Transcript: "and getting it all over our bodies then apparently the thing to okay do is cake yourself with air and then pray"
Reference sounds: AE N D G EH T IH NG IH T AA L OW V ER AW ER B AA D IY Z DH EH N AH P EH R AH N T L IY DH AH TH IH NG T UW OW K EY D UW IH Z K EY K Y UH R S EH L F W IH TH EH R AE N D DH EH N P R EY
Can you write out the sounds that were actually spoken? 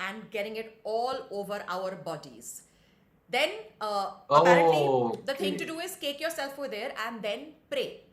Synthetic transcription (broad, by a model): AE N D G EH T IH NG IH T AA L OW V ER AW ER B AA D IY Z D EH N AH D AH T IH NG T UW D UW IH Z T EY K Y UH R S EH L F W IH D EH R AE N D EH N P R EY